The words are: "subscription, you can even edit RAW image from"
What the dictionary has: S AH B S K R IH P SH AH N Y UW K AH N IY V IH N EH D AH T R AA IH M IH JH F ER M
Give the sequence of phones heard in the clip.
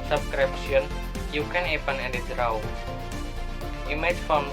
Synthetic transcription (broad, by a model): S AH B S K R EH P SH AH N Y UW K AH N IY P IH N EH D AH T R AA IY M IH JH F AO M